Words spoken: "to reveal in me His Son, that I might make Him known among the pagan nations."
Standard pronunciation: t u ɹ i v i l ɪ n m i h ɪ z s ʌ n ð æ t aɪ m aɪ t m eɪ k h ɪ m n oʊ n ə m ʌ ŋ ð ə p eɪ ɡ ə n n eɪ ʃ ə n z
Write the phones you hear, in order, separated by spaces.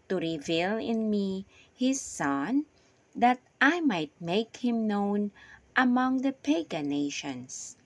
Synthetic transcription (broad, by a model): t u ɹ i v i l ɪ n m i h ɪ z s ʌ n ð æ t aɪ m aɪ t m eɪ k h ɪ m n oʊ n ə m ʌ ŋ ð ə p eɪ ɡ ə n n eɪ ʃ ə n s